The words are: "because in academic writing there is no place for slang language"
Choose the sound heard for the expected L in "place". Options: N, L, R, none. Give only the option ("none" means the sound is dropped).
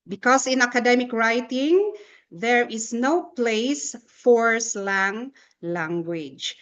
L